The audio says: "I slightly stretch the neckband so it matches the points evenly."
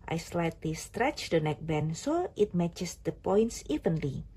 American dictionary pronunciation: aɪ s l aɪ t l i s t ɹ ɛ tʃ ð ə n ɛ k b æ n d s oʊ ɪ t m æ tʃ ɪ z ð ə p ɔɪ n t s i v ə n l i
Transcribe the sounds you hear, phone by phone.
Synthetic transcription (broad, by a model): aɪ s l aɪ t l i s t ɹ ɛ tʃ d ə n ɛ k b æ n s oʊ ɪ t m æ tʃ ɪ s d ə p ɔɪ n t s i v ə n l i